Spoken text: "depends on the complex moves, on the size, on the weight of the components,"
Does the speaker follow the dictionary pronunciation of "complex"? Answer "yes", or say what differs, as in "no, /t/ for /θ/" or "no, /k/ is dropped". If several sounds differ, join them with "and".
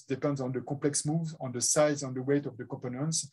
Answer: no, /m/ is dropped